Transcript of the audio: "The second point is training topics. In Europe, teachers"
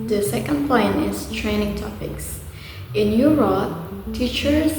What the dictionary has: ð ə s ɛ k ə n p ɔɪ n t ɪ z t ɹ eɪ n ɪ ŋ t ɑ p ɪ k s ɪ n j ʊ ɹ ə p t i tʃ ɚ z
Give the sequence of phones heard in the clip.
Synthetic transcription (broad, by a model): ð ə s ɛ k ə n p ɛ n ɪ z t ɹ eɪ n ɪ ŋ t ɑ p ɪ k s ɪ n j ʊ ɹ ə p t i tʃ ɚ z